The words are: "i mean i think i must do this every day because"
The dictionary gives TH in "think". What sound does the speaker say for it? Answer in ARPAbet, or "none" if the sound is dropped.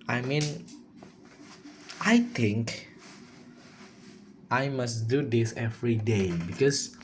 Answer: T